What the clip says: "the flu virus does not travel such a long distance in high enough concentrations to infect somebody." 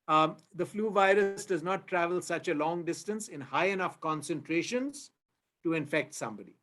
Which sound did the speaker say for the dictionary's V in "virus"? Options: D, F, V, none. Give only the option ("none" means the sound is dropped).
V